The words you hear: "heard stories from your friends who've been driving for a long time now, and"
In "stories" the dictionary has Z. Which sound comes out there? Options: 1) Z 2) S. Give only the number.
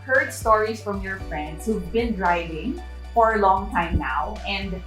2